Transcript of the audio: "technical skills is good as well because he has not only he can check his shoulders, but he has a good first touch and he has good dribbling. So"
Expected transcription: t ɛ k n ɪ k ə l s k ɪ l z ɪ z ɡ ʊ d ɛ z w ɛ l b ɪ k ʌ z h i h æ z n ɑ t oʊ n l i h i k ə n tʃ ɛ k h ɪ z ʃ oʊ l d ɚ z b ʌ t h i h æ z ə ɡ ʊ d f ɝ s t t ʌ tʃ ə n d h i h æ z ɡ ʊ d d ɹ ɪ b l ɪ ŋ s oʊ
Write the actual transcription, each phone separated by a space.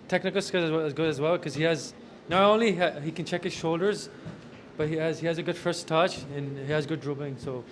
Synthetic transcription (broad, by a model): t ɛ k n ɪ k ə l s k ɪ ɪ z ɡ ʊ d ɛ z w ɛ l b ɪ k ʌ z h i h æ z n ɑ t oʊ n l i h i k ə n tʃ ɛ k h ɪ z ʃ oʊ l d ɚ z b ʌ t h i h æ z ə ɡ ʊ d f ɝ s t t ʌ tʃ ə n h i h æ z ɡ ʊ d d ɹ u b ɪ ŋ s oʊ